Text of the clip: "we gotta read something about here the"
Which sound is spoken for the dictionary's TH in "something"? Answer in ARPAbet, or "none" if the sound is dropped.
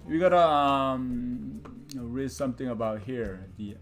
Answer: T